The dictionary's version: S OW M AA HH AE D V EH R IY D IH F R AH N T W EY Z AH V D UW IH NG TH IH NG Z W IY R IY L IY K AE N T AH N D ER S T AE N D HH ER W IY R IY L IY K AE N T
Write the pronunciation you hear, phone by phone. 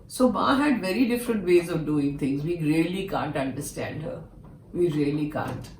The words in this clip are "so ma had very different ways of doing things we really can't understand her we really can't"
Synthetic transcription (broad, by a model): S OW M AA HH AE D V EH R IY D IH F R AH N T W EY Z AH V D UW IH NG T IH NG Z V IY R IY L IY K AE N T AH N D ER S T AE N D HH ER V IY R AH L IY K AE N T